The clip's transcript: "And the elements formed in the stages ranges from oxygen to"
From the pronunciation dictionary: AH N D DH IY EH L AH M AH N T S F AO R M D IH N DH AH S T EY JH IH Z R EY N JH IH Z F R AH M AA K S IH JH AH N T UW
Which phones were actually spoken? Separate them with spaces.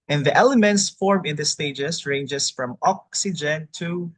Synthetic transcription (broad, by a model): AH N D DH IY EH L AH M AH N T S F AO R M IH N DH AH S T EY JH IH S R EY N JH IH S F R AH M AA K S IH JH AH N T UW